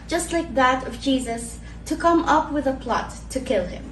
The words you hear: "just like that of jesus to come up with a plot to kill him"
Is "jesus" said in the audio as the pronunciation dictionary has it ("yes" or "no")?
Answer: yes